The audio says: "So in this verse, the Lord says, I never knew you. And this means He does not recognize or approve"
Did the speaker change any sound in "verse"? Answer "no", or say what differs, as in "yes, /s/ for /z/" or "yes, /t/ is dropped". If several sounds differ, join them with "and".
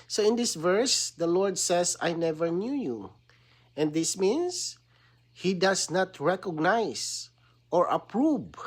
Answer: no